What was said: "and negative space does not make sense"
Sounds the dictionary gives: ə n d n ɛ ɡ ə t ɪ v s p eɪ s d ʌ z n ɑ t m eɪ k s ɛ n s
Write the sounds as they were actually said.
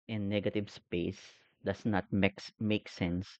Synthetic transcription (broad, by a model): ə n n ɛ ɡ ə t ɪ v s p eɪ s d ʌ s n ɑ t m eɪ k s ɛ n s